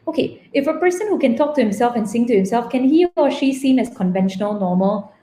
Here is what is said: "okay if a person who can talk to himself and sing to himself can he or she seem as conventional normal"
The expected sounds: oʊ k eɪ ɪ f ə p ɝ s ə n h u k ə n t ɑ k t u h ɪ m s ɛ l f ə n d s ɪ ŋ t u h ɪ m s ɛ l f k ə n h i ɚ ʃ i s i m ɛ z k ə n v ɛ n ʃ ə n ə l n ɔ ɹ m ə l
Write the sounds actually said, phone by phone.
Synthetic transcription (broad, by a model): oʊ k eɪ ɪ f ə p ɝ s ə n h u k ə n t ɑ k t u h ɪ m s ɛ l f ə n s ɪ ŋ t u h ɪ m s ɛ l f k ə n h i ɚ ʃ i s i m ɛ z k ə n v ɛ n ʃ ə n ə l n ɔ m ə l